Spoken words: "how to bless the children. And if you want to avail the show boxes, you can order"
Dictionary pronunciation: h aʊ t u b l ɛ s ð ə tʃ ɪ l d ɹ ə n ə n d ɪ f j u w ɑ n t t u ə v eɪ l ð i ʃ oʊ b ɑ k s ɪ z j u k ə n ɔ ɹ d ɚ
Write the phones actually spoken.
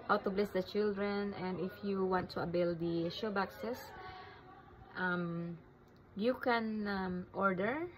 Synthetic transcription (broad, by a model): h aʊ t u b l ɛ s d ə tʃ ɪ l d ɹ ə n ə n d ɪ f j u w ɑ n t t u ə b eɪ l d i ʃ oʊ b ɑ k s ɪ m j u k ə n ɔ ɹ d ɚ